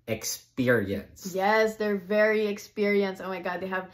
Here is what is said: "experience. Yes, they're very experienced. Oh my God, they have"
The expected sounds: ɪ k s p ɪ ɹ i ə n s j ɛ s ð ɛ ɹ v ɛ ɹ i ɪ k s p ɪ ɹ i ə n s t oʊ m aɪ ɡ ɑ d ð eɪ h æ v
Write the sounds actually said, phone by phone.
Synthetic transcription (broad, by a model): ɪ k s p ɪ ɹ i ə n s j ɛ s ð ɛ ɹ v ɛ ɹ i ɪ k s p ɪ ɹ i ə n s oʊ m aɪ ɡ ɑ d ð eɪ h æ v